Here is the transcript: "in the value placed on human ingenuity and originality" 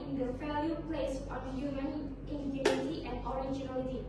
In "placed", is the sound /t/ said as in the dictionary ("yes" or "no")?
no